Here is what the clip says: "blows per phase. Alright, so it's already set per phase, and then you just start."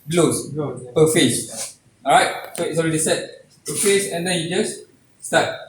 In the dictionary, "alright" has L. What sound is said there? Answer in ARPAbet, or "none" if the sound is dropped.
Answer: none